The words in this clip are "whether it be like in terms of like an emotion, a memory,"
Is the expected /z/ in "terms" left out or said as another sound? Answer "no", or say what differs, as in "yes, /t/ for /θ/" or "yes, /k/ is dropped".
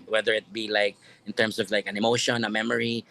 yes, /s/ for /z/